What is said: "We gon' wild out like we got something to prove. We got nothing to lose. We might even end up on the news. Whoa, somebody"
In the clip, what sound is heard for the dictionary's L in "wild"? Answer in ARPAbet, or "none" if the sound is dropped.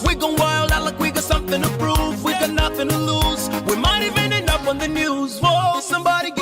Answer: L